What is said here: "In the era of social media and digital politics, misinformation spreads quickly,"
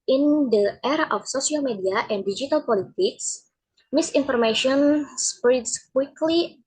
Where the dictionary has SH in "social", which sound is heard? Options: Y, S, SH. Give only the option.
S